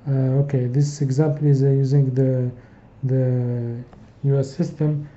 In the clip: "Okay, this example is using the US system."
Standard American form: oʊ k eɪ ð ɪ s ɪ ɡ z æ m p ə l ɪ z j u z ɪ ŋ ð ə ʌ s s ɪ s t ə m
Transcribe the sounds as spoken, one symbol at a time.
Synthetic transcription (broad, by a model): oʊ k eɪ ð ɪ s ɪ ɡ z æ m p ə l ɪ z j u z ɪ ŋ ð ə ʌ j s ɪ s t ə m